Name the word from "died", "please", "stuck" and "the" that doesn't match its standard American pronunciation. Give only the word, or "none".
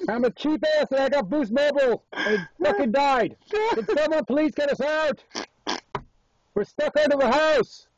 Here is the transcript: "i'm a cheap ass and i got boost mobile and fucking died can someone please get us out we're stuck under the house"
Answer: none